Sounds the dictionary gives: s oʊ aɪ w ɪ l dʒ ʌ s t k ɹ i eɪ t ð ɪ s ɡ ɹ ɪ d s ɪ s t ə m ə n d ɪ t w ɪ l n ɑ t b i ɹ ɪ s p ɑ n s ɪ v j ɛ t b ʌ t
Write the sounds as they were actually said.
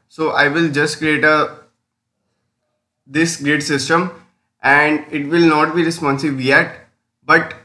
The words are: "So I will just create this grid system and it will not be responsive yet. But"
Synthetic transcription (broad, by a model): s oʊ aɪ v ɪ l dʒ ʌ s t k ɹ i eɪ t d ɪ s ɡ ɹ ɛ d s ɪ s t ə m ə n d ɪ t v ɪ l n ɑ t b i ɹ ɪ s p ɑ n s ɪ b j ɛ t b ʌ t